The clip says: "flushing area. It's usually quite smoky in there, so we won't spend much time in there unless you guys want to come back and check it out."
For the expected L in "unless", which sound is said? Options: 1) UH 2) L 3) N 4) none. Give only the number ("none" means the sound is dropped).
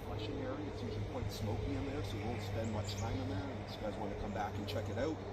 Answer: 4